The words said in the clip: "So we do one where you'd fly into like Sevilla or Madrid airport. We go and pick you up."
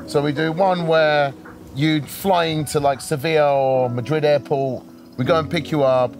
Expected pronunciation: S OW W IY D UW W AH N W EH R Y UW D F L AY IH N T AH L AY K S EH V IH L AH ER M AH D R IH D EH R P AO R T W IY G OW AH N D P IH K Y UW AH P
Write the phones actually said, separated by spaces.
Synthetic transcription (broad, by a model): S OW W IY D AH W AH N W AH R Y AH F L AY IH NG T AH L AY K S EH V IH AH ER M AH D R IH D EH P AO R T W IY G OW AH N P IH K Y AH AH P